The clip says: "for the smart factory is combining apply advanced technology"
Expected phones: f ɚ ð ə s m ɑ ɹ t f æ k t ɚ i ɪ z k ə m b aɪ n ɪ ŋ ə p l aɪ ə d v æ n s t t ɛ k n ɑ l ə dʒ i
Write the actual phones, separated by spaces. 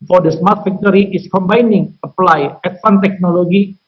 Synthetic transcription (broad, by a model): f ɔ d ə s m ɑ ɹ t f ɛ k t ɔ i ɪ s k ə m b aɪ n ɪ ŋ ə p l aɪ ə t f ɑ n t t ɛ k n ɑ l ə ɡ i